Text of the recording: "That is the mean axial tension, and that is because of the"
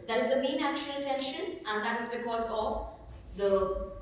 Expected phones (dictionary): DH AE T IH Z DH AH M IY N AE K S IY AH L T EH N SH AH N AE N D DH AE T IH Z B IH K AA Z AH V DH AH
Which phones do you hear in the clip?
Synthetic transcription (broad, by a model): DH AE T IH Z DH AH M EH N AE K SH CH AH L T EH N SH AH N AE N D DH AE T IH Z B IH K AA Z AH V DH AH